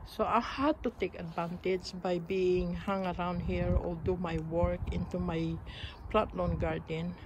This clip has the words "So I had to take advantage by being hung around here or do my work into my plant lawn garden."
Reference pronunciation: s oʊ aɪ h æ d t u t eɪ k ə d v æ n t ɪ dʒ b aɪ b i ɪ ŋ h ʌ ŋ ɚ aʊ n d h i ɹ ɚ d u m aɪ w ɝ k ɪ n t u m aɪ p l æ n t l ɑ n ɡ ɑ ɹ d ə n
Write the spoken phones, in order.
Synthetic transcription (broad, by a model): s oʊ aɪ h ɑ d t u t eɪ k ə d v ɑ n t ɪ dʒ b aɪ b i ɪ ŋ h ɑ ŋ ɚ aʊ n d h i ɹ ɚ d u m aɪ w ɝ k ɪ n t u m aɪ p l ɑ t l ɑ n ɡ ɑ ɹ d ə n